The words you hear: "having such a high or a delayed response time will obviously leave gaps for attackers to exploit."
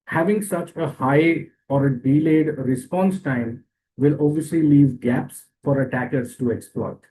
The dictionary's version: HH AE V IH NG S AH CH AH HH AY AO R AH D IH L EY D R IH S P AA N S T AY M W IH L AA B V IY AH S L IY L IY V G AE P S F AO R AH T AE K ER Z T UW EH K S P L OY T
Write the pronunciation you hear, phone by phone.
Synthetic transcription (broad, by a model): HH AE V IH NG S AH CH AH HH AY AO R AH D IH L EY D R IH S P AA N S T AY M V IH L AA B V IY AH S L IY L IY V G AE P S F AO R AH T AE K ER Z T UW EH K S P L OY T